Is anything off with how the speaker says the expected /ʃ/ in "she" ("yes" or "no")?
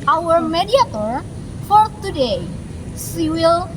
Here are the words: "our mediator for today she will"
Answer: yes